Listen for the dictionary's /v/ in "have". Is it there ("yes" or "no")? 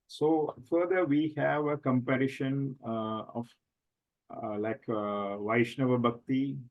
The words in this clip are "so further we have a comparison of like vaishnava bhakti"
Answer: yes